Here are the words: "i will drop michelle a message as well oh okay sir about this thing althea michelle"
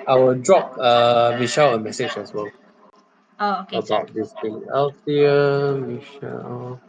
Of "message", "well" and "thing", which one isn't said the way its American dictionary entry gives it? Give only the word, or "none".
thing